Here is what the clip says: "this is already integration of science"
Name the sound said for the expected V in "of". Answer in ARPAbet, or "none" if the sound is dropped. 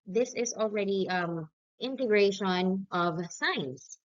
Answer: V